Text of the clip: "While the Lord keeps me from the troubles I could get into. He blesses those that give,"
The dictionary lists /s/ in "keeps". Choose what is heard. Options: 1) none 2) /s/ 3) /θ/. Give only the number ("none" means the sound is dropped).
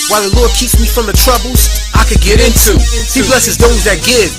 2